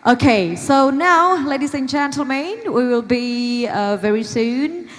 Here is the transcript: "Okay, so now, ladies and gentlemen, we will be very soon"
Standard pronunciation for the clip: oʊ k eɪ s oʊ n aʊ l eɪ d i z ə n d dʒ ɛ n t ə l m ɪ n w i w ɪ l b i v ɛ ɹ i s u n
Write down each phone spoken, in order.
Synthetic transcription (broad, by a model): oʊ k eɪ s oʊ n aʊ l eɪ d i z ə n dʒ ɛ n t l m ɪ n w i w ɪ l b i v ɛ ɹ i s u n